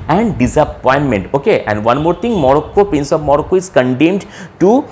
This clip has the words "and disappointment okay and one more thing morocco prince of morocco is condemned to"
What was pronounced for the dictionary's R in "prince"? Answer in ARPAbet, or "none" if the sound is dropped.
none